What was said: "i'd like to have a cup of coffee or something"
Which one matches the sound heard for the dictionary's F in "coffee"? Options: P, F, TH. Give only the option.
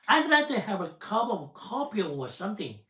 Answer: P